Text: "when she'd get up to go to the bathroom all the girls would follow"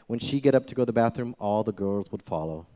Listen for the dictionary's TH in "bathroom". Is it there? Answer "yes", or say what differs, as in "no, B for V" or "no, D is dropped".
yes